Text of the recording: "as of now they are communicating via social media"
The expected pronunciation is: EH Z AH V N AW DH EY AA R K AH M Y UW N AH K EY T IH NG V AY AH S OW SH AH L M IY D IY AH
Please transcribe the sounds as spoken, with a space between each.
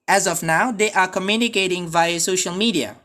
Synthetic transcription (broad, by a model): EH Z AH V N AW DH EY AA R K AH M Y UW N AH K EY T IH NG V AY AH S OW SH AH L M IY D IY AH